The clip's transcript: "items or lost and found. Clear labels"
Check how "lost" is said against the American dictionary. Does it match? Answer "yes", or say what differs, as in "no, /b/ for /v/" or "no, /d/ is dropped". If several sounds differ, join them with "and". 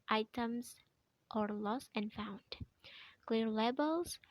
no, /t/ is dropped